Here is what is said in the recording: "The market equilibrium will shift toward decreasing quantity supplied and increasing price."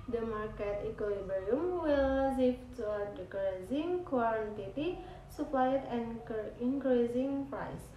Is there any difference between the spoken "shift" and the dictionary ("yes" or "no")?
yes